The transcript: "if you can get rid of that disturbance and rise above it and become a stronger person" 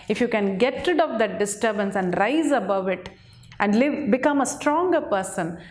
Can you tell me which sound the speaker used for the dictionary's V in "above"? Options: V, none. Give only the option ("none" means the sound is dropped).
V